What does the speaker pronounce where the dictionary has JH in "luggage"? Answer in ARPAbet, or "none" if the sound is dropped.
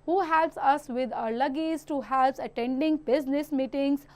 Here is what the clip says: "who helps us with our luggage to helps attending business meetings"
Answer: Z